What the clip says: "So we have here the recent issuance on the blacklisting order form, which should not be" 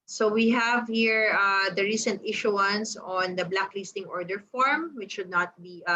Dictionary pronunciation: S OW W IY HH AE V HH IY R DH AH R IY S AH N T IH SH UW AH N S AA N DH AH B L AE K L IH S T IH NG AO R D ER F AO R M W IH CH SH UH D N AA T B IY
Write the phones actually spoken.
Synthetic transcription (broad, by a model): S OW W IY HH AE V HH IY R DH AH R IY S AH N T IH SH UW AH N S AA N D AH B L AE K L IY S T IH NG AO R D ER F AO R M W IH CH SH UH D N AA T B IY